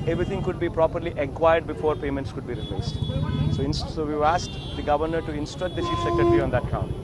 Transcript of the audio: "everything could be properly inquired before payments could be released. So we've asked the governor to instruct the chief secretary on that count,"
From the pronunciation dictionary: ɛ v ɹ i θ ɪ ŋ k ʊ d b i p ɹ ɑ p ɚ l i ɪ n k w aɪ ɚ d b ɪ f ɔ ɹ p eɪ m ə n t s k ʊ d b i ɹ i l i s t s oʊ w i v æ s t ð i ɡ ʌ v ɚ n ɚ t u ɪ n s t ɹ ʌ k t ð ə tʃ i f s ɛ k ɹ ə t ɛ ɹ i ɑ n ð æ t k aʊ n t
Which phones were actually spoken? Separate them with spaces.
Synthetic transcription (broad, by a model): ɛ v ɹ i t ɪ ŋ k ʊ d b i p ɹ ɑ p ɚ l i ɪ k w aɪ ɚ d b ɪ f ɔ ɹ p eɪ m ə n t s k ʊ d b i ɹ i l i s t s oʊ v i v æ s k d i ɡ ʌ v ɚ n ɚ t u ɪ n s t ɹ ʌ k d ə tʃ i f s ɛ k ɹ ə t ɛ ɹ i ɑ n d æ t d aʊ n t